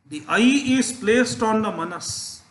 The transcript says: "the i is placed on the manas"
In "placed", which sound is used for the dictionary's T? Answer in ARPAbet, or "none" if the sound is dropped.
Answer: T